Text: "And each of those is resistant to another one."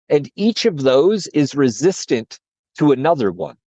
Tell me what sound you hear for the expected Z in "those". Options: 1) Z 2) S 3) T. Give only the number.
1